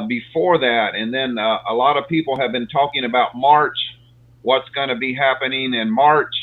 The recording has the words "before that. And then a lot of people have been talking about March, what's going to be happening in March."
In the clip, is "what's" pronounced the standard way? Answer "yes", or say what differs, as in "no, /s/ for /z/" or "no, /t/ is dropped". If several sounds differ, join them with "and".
yes